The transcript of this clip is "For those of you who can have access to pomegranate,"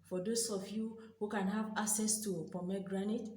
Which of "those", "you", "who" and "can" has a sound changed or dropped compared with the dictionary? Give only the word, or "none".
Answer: those